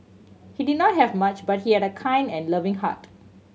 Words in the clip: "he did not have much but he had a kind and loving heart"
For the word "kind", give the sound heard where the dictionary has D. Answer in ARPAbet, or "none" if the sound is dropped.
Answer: D